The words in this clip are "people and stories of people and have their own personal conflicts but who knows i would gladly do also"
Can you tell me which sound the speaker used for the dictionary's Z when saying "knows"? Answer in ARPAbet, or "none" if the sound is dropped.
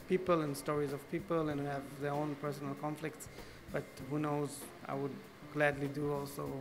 Z